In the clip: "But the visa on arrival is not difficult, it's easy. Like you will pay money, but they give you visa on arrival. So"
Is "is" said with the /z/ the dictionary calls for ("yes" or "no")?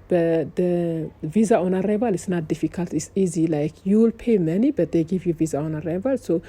no